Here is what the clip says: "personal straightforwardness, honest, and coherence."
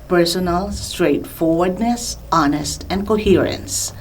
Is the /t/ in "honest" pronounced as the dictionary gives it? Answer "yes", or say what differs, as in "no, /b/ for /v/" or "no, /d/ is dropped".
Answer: yes